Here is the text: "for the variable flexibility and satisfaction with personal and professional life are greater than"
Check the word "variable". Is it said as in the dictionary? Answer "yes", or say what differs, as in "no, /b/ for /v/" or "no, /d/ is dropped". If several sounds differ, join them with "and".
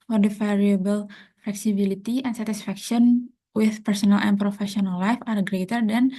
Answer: no, /f/ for /v/